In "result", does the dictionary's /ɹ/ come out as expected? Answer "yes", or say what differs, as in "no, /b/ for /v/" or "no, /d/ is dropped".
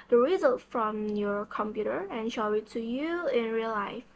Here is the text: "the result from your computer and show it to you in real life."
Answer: yes